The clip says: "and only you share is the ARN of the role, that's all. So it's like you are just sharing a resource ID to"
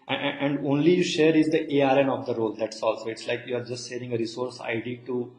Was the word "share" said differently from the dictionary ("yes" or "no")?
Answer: no